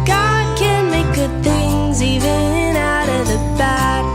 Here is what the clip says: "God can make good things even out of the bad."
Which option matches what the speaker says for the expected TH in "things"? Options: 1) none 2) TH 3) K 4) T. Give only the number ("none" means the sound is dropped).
2